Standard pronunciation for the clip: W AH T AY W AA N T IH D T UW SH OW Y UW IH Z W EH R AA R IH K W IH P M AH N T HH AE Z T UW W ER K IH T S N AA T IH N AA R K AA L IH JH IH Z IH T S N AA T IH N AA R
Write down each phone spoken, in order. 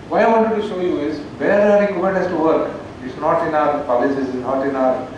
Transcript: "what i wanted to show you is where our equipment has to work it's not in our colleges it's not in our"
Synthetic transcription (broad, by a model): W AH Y AY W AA N T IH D T UW SH OW Y UW IH Z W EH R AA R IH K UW M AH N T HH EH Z T UW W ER K IH T S N AA T IH N AA R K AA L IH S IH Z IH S N AA T IH N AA R